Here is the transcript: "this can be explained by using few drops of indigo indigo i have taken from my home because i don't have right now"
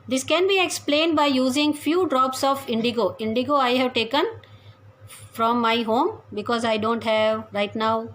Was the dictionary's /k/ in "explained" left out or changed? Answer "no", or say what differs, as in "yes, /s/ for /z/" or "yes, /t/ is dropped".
no